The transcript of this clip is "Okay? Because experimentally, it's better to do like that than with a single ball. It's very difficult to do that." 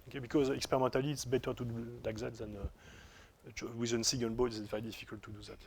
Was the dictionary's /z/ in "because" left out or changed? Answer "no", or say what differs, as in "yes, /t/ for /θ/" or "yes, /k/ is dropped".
no